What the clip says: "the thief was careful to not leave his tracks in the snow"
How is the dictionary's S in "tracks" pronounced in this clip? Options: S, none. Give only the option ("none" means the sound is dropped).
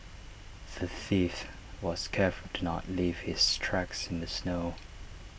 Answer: S